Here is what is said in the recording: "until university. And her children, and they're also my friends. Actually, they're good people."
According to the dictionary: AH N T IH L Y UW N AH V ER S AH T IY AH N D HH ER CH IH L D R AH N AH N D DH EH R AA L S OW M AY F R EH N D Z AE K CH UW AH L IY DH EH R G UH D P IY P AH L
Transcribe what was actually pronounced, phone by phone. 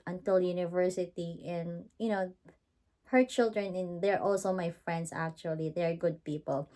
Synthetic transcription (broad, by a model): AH N T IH L Y UW N AH V ER S AH T IY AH N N HH ER CH IH L D R AH N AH N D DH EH R AA L S OW M AY F R EH N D S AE K CH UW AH L IY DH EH R G UH D P IY P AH L